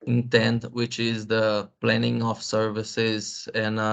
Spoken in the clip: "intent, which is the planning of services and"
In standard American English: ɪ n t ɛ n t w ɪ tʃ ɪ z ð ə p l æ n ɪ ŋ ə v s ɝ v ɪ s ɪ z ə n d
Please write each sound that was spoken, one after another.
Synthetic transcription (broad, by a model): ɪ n t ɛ n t w ɪ tʃ ɪ z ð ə p l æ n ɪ ŋ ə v s ɝ v ɪ s ɪ z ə n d